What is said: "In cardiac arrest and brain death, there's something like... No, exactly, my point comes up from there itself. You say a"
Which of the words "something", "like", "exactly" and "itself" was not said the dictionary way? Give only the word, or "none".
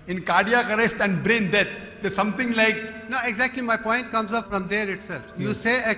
something